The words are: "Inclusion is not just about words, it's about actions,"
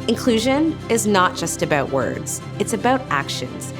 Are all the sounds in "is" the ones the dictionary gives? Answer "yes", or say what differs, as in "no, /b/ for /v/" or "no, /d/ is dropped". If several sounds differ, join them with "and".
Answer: yes